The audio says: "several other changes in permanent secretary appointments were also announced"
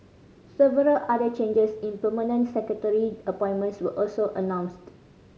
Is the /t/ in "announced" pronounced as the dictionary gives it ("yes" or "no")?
yes